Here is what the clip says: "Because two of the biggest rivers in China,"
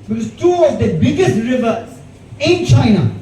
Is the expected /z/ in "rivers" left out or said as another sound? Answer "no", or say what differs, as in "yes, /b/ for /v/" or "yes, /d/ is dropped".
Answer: yes, /z/ is dropped